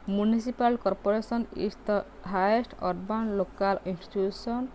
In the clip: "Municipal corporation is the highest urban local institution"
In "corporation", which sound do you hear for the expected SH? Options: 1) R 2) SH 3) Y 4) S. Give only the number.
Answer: 4